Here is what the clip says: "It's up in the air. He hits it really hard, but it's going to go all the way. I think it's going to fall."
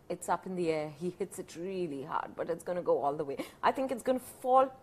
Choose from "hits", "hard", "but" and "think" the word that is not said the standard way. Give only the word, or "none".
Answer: none